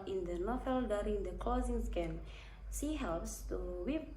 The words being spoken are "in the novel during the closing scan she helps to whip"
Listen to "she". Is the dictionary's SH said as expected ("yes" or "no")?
no